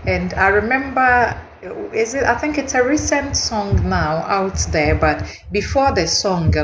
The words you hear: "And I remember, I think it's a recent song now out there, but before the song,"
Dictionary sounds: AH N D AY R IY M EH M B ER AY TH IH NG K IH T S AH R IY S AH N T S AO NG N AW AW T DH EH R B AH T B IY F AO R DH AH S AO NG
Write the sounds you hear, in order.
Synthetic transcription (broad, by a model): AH N D AY R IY M EH M B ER AY TH IH NG K IH T S AH R IY S AH N T S AO NG N AW AW T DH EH R B AH T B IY F AO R DH AH S AO NG